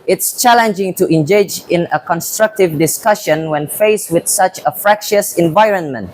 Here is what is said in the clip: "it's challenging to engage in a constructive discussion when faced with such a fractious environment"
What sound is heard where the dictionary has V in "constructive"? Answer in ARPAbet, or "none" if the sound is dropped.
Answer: V